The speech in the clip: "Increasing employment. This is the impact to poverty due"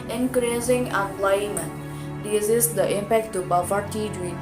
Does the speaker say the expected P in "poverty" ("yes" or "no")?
no